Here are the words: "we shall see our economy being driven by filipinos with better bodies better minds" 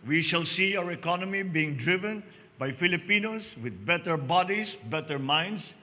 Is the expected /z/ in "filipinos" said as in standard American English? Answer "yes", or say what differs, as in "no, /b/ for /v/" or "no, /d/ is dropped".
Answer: no, /s/ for /z/